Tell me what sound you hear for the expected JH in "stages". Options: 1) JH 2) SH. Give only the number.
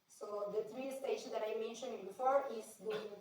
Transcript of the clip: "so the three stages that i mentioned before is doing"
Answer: 2